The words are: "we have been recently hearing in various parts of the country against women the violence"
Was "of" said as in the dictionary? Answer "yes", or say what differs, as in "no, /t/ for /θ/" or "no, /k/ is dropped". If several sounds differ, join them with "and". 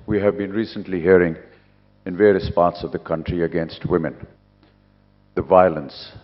yes